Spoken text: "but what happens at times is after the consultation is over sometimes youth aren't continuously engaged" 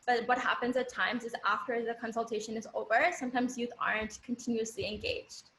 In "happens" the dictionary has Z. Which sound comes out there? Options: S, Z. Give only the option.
Z